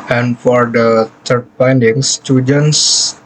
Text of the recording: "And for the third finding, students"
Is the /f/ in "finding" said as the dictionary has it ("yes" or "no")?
no